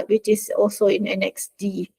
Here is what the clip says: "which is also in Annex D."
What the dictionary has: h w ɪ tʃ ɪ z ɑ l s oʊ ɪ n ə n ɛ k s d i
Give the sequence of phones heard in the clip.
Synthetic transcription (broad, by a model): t w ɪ tʃ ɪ s ɑ l s oʊ ɪ n ə n ɛ k s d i